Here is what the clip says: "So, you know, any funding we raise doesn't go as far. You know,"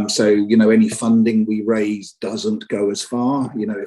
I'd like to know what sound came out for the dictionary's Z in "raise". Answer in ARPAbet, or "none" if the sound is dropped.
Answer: Z